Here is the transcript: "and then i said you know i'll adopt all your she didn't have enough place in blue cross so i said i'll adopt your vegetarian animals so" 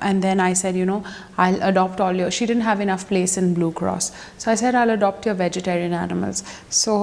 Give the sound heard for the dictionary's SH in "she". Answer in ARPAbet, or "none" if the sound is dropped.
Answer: SH